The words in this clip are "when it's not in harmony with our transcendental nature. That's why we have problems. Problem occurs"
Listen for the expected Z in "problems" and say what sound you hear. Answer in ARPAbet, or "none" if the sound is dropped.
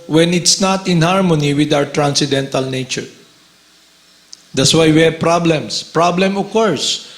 S